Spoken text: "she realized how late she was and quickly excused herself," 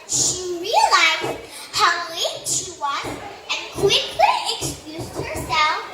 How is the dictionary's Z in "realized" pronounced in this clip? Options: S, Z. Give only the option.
Z